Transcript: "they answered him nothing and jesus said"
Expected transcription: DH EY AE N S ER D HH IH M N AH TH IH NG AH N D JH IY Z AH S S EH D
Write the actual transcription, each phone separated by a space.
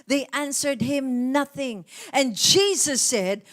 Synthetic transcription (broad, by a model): DH EY AE N S ER D HH IH M N AH TH IH NG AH N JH IY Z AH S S EH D